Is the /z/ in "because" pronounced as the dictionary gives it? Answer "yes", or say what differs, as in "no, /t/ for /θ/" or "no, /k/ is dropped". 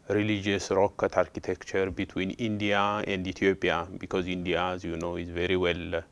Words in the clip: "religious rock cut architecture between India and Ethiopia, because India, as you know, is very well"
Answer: yes